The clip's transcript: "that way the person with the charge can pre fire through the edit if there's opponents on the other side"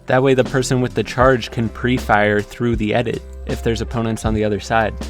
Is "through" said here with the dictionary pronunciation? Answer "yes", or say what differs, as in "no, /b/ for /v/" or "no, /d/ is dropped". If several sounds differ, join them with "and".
yes